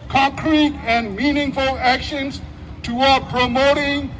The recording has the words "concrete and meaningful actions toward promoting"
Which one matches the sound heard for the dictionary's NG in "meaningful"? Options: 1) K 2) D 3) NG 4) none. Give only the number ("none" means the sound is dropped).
3